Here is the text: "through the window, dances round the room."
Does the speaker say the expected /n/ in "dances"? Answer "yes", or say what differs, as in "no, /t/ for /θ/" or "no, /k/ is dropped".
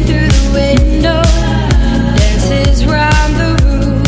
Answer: no, /n/ is dropped